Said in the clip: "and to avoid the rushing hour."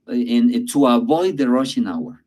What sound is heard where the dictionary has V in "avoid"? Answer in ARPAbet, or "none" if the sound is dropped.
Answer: V